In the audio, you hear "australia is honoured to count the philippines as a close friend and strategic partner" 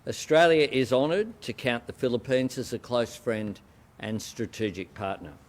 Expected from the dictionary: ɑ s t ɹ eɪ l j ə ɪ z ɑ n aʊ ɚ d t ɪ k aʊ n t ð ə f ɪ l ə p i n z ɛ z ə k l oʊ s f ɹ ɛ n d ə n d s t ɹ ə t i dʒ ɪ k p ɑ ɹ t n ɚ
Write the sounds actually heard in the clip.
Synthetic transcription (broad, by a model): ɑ s t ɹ eɪ l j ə ɪ z ɑ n ɚ d t ɪ k aʊ n ð ə f ɪ l ə p i n z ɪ z ə k l oʊ s f ɹ ɛ n d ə n s t ɹ ə t i dʒ ɪ k p ɑ ɹ t n ɚ